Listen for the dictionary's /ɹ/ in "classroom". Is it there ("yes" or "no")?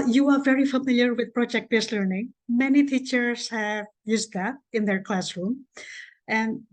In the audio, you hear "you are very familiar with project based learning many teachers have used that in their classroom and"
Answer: yes